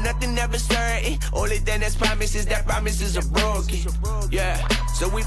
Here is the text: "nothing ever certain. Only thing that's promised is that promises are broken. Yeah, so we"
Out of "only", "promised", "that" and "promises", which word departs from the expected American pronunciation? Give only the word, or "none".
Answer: promised